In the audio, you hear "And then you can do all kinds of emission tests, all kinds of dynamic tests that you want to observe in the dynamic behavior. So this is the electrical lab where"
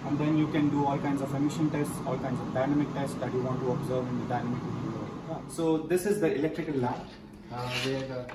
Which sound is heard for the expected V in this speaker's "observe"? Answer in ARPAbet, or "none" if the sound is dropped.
V